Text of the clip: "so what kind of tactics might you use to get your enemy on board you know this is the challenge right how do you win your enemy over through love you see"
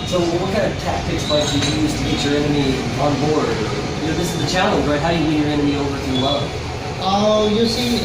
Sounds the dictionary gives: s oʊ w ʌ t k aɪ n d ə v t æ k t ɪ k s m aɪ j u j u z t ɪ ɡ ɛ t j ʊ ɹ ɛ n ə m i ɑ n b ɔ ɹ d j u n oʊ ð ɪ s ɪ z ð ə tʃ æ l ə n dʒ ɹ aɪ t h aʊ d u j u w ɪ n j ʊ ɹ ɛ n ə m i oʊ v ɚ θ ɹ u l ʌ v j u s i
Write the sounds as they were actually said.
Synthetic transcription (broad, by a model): s oʊ w ʌ t k aɪ n d ə v t æ k t ɪ k s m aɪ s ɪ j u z t ɪ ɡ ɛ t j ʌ ɹ ɛ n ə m i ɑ n b ɔ ɹ d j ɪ n oʊ ð ɪ s ɪ z ð ə tʃ æ l ə n dʒ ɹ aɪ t h aʊ d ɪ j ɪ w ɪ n j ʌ ɹ ɛ n ə m i oʊ v ɚ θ w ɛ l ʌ j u s i